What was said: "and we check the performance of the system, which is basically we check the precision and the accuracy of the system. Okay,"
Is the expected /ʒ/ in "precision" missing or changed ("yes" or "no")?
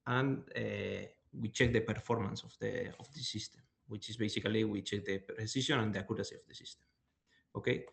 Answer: yes